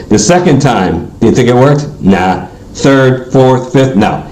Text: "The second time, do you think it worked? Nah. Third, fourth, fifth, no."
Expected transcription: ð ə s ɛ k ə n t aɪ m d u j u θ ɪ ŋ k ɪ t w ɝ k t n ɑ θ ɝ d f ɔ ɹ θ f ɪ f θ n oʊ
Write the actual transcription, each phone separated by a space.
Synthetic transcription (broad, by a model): ð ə s ɛ k ə n t aɪ m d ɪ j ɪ θ ɪ ŋ k ɪ t w ɝ k t n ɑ θ ɝ d f ɔ ɹ θ f ɪ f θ n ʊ